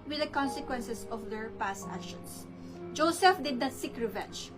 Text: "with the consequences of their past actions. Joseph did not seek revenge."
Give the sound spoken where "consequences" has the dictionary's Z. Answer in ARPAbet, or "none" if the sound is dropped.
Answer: S